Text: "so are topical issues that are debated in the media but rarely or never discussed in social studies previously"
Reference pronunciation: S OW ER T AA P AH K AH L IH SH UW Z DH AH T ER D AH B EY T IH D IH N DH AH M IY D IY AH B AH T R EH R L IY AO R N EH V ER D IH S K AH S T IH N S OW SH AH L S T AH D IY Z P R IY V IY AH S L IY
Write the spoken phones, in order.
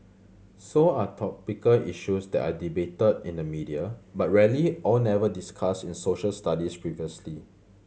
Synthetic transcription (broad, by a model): S OW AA T AA P AH K AH L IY SH UW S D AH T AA D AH B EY T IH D IH N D AH M IY D IY AH B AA T R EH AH L IY AO L N EH V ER D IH S K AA S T IH N S OW SH AH L S T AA D IY S P R IY V IY AH S L IY